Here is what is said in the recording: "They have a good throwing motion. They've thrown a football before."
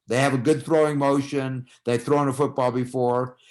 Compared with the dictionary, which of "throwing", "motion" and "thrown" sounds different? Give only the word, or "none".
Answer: none